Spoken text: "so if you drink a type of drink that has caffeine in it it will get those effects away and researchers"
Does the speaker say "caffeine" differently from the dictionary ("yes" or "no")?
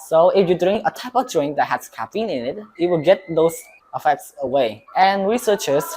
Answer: yes